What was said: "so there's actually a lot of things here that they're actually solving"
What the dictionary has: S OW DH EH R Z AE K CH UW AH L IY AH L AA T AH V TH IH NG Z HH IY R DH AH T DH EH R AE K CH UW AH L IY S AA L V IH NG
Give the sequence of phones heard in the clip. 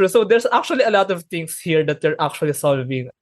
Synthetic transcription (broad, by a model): S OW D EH R S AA K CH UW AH L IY AH L AA T AH V T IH NG S HH IY R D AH T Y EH R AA K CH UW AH L IY S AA L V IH NG